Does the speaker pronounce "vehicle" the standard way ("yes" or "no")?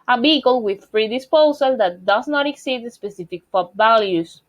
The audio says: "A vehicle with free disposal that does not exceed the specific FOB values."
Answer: no